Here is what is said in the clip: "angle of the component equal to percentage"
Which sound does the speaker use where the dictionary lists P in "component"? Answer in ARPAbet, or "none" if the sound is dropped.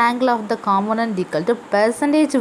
none